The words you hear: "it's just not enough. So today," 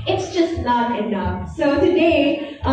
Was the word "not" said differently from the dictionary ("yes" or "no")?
yes